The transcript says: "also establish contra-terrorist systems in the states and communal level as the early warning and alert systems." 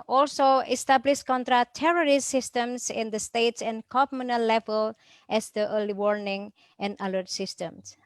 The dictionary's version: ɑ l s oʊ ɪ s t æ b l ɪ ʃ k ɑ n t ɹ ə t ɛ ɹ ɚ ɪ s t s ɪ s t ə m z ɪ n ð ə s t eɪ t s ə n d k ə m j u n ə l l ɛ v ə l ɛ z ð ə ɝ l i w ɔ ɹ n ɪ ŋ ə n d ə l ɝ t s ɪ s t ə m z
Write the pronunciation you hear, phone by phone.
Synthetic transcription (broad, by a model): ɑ l s oʊ ɪ s t æ b l ɪ ʃ k ɑ n t ɹ ə t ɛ ɹ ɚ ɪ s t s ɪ s t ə m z ɪ n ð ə s t eɪ t s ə n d k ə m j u n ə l l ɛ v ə l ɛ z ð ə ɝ l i w ɔ ɹ n ɪ ŋ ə n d ə l ɝ t s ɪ s t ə m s